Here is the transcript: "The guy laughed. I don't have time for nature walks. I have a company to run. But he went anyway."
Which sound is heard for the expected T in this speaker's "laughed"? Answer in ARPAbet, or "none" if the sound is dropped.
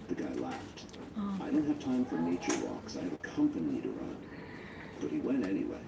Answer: T